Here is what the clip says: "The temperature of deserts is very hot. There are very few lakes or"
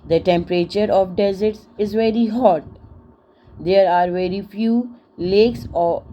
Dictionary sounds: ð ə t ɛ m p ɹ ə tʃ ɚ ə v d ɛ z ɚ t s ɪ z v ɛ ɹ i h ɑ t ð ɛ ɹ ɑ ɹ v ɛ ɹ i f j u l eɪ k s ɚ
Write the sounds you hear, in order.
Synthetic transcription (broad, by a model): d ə t ɛ m p ɹ ə tʃ ɚ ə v d ɛ z ɚ t s ɪ z v ɛ ɹ i h ɑ t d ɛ ɹ ɑ ɹ v ɛ ɹ i f j u l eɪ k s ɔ